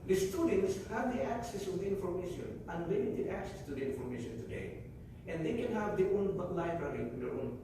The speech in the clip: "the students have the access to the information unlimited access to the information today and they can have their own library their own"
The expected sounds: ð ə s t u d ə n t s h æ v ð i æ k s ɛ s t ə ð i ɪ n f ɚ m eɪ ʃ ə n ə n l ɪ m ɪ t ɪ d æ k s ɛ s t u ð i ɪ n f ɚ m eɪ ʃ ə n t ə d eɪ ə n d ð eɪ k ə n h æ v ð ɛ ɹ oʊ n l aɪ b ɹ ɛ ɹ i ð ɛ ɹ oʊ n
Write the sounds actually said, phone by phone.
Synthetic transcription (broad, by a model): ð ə s t u d ə n t s h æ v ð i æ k s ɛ s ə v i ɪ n f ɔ m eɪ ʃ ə n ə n w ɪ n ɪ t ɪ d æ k s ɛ s t u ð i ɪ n f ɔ m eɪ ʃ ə n t ə d eɪ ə n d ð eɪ k ə n h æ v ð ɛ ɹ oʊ n l aɪ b ɹ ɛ ɹ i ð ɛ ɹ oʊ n